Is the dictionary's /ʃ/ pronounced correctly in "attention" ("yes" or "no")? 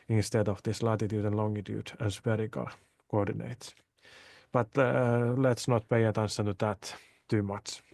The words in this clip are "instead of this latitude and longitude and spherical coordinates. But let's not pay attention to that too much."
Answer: no